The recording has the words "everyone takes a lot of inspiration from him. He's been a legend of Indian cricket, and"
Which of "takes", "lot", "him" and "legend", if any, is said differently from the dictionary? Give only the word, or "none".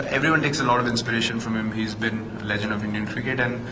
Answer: none